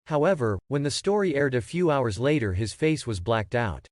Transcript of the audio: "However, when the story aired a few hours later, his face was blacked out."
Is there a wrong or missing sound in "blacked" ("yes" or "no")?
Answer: no